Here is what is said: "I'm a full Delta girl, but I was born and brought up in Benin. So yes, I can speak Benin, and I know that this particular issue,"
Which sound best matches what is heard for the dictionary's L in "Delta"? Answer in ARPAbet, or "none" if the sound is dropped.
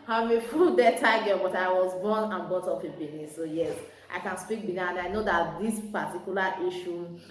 none